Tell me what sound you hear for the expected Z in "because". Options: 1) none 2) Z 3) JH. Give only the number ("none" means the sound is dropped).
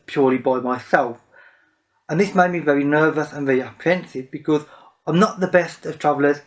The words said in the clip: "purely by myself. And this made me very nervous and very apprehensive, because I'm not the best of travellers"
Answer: 2